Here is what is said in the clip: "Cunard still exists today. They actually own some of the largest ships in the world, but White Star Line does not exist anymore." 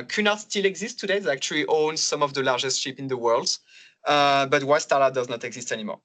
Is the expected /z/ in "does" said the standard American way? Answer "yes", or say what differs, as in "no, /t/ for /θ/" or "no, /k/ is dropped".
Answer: yes